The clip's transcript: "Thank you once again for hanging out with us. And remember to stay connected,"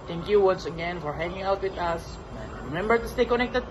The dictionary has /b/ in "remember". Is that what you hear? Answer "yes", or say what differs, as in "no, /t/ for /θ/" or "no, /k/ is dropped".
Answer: yes